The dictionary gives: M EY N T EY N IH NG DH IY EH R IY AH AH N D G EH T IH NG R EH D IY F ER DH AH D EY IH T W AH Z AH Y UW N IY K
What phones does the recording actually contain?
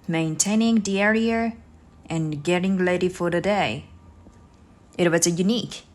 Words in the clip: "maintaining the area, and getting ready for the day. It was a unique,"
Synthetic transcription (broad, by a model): M EY N T EY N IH NG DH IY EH R IY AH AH N G EH T IH NG L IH D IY F ER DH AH D EY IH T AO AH S AH Y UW N IY K